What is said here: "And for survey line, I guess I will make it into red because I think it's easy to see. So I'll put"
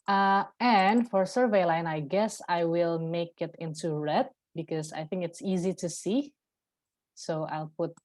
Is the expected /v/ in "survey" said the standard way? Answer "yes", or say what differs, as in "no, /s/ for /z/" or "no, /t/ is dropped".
yes